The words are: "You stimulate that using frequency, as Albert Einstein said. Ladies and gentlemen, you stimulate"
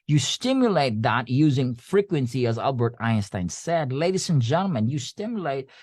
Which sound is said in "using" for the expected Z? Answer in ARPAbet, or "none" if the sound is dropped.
Z